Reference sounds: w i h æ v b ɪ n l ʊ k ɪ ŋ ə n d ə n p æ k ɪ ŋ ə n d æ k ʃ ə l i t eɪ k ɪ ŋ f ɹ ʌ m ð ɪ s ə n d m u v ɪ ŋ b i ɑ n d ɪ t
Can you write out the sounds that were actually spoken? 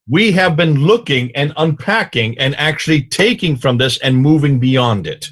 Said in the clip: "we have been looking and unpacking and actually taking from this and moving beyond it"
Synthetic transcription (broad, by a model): w i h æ v b ɪ n l ʊ k ɪ ŋ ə n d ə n p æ k ɪ ŋ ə n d æ k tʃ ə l i t eɪ k ɪ ŋ f ɹ ʌ m ð ɪ s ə n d m u v ɪ ŋ b i ɑ n d ɪ t